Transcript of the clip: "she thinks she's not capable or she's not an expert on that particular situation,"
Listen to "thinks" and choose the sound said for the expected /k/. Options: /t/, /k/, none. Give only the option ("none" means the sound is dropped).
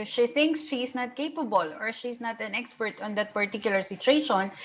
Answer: /k/